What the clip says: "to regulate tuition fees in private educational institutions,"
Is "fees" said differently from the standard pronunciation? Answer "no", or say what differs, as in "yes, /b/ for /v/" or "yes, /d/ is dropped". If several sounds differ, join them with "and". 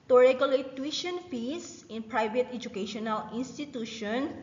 yes, /s/ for /z/